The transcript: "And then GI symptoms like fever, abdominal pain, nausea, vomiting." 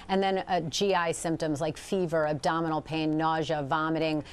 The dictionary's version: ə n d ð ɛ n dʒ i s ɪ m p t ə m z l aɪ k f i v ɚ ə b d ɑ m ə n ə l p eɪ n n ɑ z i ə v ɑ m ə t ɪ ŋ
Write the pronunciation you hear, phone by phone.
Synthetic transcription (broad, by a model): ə n ð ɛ n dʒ i s ɪ m p t ə m z l aɪ k f i v ɚ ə b d ɑ m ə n l p eɪ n n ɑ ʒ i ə v ɑ m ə t ɪ ŋ